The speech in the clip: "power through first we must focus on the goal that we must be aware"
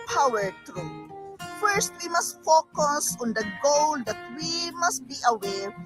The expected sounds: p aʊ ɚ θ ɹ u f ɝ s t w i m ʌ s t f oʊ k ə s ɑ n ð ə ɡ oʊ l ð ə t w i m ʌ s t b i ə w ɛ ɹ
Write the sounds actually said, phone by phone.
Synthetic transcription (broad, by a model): p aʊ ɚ t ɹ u f ɝ s t w i m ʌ s t f oʊ k ə s ɑ n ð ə ɡ oʊ l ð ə t w i m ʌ s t b i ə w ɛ ɹ